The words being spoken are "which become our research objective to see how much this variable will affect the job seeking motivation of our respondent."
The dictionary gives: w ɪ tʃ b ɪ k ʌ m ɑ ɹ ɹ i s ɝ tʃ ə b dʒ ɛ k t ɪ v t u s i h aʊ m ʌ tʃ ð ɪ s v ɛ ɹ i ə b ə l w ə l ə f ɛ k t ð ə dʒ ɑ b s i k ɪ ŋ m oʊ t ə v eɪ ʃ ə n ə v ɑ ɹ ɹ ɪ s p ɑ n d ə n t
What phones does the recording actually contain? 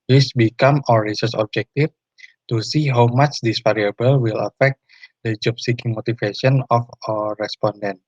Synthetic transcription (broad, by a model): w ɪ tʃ b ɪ k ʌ m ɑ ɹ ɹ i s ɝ s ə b dʒ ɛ k t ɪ f t u s i h aʊ m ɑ tʃ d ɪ s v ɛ ɹ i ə b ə l w ə l ə f ɛ k t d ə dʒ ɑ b s i k ɪ ŋ m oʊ t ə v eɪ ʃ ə n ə f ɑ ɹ ɹ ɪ s p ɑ n d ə n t